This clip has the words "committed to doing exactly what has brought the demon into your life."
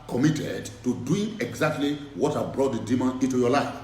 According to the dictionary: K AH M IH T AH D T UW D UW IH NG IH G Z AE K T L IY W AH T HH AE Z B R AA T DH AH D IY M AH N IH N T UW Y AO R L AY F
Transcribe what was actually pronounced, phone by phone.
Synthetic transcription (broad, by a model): K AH M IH T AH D T UW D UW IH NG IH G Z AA K T L IY W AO T HH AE B R AA T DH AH D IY M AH IH N T UW Y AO L AY F